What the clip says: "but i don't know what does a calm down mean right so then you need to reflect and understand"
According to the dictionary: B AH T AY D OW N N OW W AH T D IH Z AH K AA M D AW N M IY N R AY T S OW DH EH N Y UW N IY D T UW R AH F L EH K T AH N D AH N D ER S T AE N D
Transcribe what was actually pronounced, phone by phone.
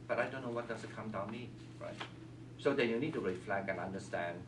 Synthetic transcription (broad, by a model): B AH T AY D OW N N OW W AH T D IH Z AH K AA M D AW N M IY R AY T S OW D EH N Y UW N IY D T UW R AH F L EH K AH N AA N D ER S T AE N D